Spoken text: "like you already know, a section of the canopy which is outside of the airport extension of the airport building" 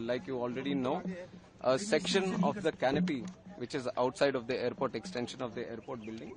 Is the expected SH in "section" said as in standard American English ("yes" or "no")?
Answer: yes